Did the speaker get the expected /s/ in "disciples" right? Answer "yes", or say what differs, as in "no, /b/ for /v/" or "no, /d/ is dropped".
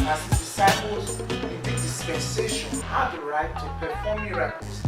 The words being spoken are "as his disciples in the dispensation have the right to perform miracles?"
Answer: yes